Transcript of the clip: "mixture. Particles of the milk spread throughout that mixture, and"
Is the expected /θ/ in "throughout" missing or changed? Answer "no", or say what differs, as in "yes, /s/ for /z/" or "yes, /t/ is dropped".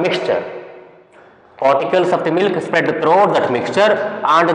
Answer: yes, /t/ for /θ/